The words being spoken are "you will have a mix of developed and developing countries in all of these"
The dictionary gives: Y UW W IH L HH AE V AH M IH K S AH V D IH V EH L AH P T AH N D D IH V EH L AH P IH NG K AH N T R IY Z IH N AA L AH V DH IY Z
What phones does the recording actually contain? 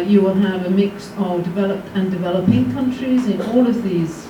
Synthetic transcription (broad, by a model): Y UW W IH L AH V AH M IH K S AH V D IH V EH L AH P T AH N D D IH V EH L AH P IH NG K AH N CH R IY Z IH N AA L AH V DH IY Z